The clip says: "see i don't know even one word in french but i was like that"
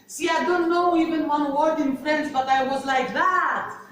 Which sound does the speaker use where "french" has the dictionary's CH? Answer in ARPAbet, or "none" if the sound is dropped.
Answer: S